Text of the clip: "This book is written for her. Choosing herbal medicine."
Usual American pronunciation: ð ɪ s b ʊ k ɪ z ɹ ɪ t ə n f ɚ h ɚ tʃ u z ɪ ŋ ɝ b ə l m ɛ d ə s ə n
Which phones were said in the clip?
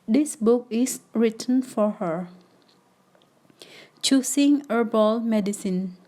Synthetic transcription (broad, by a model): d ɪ s b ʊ k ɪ s ɹ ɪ t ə n f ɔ h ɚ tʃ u s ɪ ŋ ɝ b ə l m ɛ d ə s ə n